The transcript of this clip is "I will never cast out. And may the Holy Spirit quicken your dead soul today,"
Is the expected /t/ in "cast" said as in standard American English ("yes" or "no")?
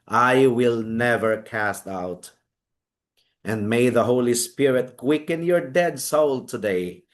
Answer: yes